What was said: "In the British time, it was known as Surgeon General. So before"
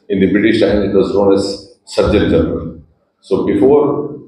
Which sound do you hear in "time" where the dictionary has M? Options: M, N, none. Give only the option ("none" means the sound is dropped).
none